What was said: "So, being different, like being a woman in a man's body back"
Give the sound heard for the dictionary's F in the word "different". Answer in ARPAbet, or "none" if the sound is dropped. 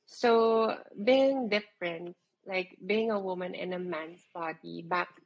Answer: F